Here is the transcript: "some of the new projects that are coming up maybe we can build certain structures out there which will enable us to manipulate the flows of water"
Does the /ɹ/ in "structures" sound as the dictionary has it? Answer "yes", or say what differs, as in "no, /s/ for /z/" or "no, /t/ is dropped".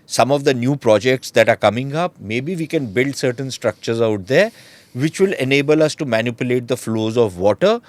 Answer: yes